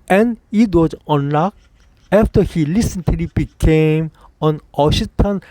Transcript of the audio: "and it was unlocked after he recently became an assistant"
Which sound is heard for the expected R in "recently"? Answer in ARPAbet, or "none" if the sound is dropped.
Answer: L